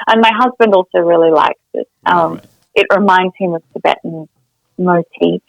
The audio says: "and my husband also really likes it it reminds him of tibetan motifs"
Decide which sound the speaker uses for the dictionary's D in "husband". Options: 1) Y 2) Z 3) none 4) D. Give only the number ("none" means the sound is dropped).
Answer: 4